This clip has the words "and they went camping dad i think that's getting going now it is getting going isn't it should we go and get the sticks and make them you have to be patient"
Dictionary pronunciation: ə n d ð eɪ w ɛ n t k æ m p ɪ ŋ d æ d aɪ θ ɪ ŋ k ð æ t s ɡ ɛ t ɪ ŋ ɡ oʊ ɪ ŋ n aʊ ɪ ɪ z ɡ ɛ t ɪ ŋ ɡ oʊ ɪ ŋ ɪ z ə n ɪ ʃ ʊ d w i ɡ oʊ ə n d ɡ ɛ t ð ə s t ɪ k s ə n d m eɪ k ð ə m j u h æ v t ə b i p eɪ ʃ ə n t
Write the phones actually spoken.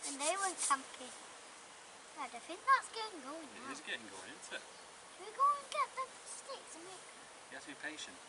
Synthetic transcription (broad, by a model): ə n ð eɪ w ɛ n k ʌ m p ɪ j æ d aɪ f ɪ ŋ ð æ t s ɡ ɛ t ɪ ŋ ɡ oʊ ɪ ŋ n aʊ ɪ ɪ z ɡ ɛ t ɪ ŋ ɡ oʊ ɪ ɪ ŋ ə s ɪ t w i ɡ oʊ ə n ɡ ɛ t ð ə s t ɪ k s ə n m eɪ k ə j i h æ t ə b i p eɪ ʃ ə n t